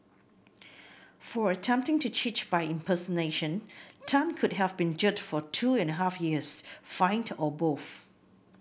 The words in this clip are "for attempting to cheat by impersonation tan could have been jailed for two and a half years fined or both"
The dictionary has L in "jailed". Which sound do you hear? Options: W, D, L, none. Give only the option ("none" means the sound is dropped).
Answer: none